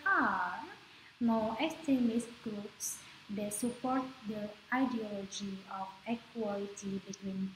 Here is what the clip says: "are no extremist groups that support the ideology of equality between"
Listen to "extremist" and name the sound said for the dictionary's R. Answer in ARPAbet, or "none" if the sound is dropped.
none